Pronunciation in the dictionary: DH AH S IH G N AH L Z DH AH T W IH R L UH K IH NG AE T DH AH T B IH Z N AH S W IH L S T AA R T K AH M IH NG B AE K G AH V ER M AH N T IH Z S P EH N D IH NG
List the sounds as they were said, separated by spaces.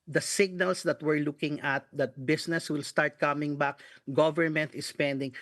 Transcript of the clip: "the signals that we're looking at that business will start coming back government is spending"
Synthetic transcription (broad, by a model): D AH S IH G N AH L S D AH T W IH R L UH K IH NG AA T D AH T B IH S N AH S W IH L S T AA R T K AH M IH NG B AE K G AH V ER M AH N T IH S P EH N D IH NG